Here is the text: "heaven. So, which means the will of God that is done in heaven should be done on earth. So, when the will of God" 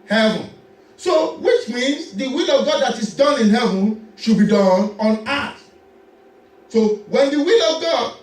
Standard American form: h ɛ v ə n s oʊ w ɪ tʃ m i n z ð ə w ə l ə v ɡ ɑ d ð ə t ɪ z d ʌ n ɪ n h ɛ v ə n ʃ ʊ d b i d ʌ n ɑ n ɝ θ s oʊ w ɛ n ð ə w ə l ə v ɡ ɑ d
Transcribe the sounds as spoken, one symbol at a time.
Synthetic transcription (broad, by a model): h ɛ v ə n s oʊ w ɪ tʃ m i n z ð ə w ə l ə v ɡ ɑ d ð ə t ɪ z d ʌ n ɪ n h ɛ v ə n ʃ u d b i d ʌ n ɑ n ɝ t s oʊ w ɛ n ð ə w ə l ə v ɡ ɑ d